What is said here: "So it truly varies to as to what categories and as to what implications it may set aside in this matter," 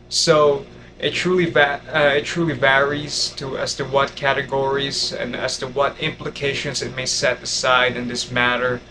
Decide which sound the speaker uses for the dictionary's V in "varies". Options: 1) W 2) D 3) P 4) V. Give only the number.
4